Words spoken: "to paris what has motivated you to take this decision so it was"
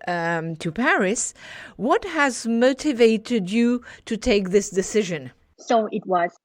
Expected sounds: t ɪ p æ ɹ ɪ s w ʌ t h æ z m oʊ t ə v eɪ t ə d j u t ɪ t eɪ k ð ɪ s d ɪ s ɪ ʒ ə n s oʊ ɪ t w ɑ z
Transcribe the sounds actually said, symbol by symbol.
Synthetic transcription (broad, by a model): t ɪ p æ ɹ ɪ s w ʌ t h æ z m oʊ t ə v eɪ t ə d j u t ɪ t eɪ k ð ɪ s d ɪ s ɪ ʒ ə n s oʊ ɪ t w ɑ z